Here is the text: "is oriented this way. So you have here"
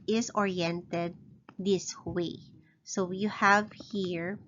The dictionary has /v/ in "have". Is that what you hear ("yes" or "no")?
yes